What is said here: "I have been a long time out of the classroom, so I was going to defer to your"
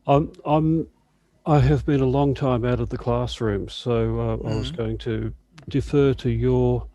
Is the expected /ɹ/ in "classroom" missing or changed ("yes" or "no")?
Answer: no